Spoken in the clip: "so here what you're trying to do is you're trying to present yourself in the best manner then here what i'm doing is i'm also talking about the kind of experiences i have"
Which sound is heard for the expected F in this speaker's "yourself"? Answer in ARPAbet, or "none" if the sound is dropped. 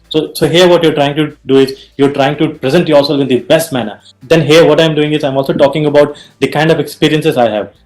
none